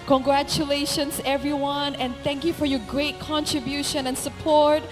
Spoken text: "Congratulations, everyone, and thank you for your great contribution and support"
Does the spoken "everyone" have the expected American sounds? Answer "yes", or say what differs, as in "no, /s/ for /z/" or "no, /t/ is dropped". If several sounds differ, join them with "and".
yes